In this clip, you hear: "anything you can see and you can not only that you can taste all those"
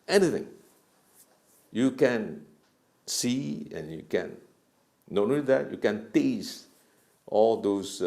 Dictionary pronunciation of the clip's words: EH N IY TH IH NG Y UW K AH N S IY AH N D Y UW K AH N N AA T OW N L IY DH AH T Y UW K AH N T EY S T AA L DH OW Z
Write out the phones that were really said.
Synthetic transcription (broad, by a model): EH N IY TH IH NG Y UW K AH N S IY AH N Y UW K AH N N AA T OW L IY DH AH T Y UW K AH N T EY S T AA L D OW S